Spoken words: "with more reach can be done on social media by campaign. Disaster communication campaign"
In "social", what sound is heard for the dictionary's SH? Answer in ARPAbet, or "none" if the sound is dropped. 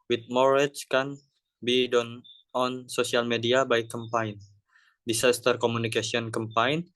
S